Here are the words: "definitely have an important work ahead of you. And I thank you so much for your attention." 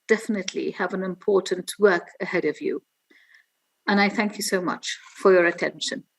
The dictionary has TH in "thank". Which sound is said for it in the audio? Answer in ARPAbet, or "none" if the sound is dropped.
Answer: TH